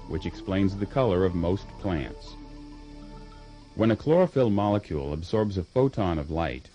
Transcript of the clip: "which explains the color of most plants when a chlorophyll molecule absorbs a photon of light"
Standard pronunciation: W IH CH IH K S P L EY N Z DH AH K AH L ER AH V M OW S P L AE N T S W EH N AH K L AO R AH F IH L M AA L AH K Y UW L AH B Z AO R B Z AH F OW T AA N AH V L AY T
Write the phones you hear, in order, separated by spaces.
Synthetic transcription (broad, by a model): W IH CH IH K S P L EY N Z DH AH K AH L ER AH V M OW S P L AE N T S W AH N AH K L AO R AH F IH L M AA L AH K Y UW L AH B Z AO R B Z AH F OW T AA N AH V L AY T